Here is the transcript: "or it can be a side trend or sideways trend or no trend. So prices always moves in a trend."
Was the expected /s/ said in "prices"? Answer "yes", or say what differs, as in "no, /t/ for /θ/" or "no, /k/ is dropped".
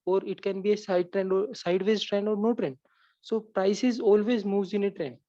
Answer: yes